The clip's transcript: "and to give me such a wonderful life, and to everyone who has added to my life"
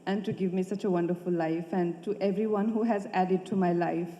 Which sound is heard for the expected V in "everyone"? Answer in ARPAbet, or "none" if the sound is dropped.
V